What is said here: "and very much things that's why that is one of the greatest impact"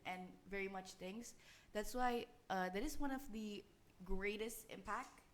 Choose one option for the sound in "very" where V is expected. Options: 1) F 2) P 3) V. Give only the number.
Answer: 3